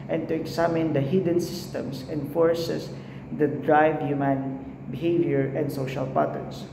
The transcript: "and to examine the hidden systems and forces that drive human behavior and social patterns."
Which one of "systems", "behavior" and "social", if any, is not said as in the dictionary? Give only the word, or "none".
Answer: systems